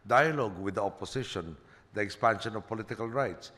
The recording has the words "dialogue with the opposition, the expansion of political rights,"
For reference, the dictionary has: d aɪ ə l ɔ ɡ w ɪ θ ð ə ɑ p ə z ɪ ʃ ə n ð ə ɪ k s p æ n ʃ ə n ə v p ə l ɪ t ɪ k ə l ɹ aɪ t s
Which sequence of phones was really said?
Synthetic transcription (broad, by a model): d aɪ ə l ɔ ɡ w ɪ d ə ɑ p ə s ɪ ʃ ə n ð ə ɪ k s p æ n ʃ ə n ə v p ə l ɪ t ɪ k ə l ɹ aɪ t s